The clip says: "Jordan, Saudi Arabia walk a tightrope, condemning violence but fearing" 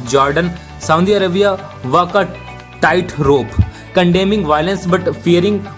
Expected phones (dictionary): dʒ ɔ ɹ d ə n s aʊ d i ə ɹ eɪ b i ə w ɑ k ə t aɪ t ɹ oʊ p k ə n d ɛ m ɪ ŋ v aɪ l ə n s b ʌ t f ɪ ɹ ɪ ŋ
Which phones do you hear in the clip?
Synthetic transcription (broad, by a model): dʒ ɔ ɹ d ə n s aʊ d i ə ɹ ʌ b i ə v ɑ k ə t aɪ t ɹ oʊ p k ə n d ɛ m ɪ ŋ v aɪ l ə n s b ʌ t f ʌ ɹ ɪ ŋ